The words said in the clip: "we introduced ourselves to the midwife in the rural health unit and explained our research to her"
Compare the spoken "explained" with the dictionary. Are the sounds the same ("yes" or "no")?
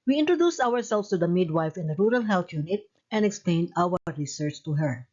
yes